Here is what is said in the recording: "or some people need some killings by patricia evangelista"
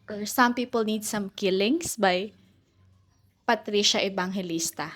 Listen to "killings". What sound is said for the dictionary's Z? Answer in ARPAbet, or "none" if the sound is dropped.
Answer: S